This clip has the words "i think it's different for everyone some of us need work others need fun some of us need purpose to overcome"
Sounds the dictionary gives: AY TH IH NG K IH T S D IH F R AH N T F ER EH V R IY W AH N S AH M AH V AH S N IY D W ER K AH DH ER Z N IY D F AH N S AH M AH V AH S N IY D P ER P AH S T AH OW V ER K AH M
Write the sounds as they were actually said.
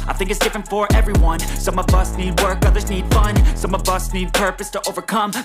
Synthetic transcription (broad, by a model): AY TH IH NG K IH T S D IH F R AH N T F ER EH V R IY W AH N S AH M AH V AH S N IY D W ER K AH DH ER Z N IY D F AH N S AH M AH V AH S N IY D P ER P AH S T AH OW V ER K AH M